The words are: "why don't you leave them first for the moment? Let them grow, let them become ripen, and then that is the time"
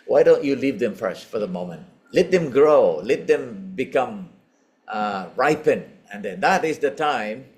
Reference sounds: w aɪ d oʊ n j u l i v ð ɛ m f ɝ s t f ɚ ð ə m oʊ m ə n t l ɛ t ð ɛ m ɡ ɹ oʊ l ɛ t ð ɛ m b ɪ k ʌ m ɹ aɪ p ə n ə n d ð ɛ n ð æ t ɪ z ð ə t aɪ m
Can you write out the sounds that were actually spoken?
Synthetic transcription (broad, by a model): w aɪ d oʊ n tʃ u l i v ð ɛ m f ɝ s t f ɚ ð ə m oʊ m ə n t l ɛ t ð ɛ m ɡ ɹ oʊ l ɛ t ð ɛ m b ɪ k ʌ m ɹ aɪ p ə n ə n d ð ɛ n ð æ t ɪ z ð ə t aɪ m